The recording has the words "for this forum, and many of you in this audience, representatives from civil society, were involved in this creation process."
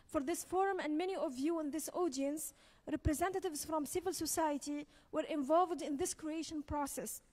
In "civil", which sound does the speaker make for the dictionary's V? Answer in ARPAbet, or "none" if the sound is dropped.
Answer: V